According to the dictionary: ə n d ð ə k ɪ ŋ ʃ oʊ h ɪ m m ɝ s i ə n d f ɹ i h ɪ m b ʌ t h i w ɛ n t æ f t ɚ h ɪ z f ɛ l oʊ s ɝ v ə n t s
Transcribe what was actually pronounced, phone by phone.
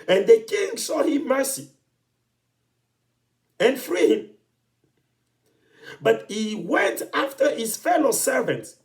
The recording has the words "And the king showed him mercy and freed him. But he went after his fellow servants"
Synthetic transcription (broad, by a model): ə n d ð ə k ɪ ŋ s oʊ h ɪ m m ɝ s i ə n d f ɹ i h ɪ m b ʌ t h i w ɛ n t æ f t ɚ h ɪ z f ɛ l oʊ s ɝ v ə n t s